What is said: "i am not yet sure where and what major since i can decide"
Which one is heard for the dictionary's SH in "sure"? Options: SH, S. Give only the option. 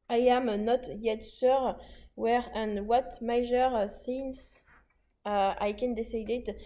S